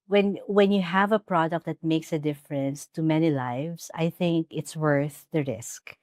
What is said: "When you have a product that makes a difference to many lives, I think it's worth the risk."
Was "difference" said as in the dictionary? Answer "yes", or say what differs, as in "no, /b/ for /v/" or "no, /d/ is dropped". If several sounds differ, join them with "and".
yes